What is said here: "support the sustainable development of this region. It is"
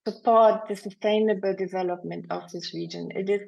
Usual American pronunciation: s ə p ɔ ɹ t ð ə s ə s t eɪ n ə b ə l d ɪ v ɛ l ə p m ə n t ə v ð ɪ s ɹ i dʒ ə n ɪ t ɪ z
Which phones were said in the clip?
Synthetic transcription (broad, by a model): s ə p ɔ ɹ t ð ə s ə s t eɪ n ə b ə l d ɪ v ɛ l ə p m ə n t ə v ð ɪ s ɹ i dʒ ə n ɪ t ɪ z